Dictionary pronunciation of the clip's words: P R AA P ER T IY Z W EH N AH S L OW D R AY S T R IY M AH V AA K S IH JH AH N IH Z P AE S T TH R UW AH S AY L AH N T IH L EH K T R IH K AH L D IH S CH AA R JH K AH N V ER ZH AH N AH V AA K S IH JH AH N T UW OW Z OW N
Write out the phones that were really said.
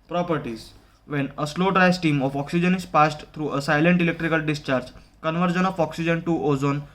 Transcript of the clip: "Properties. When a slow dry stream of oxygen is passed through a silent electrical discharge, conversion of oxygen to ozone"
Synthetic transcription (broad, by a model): P R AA P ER T IY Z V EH N AH S L OW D R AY S T IY M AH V AA K S IH JH AH N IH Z P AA S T T R UW AH S AY L AH N T IH L EH K T R IH K AH L D IH S CH AA R JH K AH N V ER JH AH N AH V AA K S IH JH AH N T UW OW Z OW N